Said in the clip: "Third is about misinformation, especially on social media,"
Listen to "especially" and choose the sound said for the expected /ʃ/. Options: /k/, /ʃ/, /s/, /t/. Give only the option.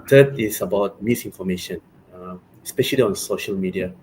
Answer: /ʃ/